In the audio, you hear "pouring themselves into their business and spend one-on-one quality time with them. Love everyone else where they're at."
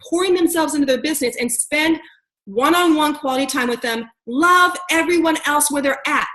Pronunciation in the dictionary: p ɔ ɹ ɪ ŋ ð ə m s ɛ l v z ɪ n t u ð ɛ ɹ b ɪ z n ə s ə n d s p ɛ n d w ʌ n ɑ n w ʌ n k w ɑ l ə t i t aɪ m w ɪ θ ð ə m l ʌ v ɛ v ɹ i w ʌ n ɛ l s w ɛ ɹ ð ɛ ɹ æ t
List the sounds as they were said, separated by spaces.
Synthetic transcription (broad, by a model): p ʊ ɹ ɪ ŋ ð ə m s ɛ l v z ɪ n t u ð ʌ ɹ b ɪ z n ə s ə n s p ɛ n d w ʌ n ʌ n w ʌ n k w ɑ l ə t i t aɪ m w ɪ ð ə m l ʌ v ɛ v ɹ i w ʌ n ɛ l s w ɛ ɹ ð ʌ ɹ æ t